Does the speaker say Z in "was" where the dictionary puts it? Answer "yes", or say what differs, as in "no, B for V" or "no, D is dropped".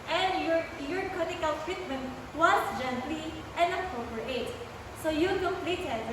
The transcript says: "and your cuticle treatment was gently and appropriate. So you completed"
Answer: no, S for Z